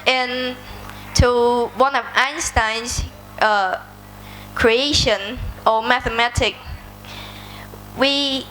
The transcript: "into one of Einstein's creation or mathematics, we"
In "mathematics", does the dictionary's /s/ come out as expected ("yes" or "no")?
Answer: no